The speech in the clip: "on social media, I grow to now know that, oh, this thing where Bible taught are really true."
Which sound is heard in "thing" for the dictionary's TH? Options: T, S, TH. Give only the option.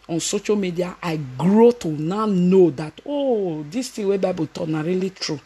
T